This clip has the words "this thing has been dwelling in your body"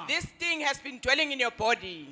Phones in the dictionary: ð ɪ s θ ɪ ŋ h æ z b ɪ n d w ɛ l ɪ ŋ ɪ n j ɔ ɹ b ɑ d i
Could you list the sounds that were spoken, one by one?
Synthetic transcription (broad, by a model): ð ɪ s t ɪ ŋ h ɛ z b ɪ n d w ɛ l ɪ ŋ ɪ n j ɔ b ɑ d i